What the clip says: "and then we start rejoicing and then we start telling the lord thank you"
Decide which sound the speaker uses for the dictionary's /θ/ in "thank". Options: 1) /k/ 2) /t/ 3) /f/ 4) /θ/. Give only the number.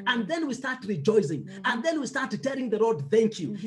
4